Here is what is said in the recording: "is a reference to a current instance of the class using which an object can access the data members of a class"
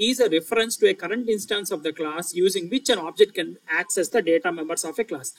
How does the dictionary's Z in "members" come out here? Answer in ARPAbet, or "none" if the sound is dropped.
S